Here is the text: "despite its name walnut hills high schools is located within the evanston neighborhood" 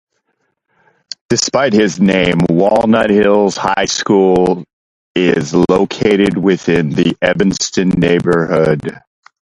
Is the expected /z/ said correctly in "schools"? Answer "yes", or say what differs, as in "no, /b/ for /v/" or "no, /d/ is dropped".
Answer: no, /z/ is dropped